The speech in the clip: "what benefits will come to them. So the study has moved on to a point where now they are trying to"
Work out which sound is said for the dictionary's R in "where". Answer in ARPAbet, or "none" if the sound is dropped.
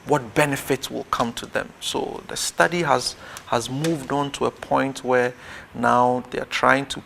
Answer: R